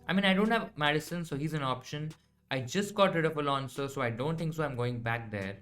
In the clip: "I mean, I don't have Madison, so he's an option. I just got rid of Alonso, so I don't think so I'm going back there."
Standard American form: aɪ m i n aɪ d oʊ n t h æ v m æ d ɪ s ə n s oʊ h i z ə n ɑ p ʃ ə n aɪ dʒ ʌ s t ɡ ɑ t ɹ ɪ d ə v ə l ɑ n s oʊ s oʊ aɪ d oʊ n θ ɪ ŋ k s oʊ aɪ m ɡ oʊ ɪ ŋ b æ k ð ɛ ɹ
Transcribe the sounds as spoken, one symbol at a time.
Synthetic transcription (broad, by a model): aɪ m i n aɪ d oʊ n t h æ v m æ d ɪ s ə n s oʊ h i z ə n ɑ p ʃ ə n aɪ dʒ ʌ s t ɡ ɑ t ɹ ɪ d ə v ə l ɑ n s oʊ s oʊ aɪ d oʊ n t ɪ ŋ k s oʊ aɪ m ɡ oʊ ɪ ŋ b æ k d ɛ ɹ